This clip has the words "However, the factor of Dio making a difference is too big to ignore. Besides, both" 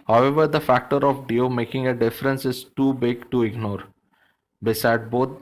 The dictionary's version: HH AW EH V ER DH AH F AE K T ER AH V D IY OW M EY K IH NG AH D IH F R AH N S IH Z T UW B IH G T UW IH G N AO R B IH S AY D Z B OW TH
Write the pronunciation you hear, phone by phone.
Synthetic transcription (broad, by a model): HH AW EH V ER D AH F AE K T ER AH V D IY OW M EY K IH NG AH D IH F R AH N S IH Z T UW B IH G T UW IH G N AO R B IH S AY D B OW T